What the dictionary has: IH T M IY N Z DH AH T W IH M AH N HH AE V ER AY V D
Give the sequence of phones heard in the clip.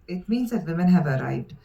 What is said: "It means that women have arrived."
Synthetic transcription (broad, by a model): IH T M IY N Z DH AH T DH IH M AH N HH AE V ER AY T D